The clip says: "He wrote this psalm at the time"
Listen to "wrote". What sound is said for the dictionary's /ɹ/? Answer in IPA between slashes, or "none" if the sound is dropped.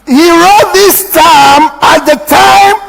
/ɹ/